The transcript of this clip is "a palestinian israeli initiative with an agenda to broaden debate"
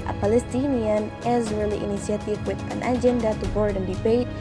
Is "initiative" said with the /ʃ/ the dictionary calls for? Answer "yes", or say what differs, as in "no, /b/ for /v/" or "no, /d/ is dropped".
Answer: no, /s/ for /ʃ/